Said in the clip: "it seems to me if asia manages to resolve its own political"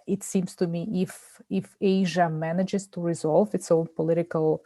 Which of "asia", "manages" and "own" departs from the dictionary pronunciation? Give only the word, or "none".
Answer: none